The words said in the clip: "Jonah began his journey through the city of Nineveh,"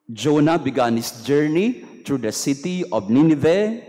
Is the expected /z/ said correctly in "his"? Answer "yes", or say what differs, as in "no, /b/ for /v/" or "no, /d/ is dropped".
no, /s/ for /z/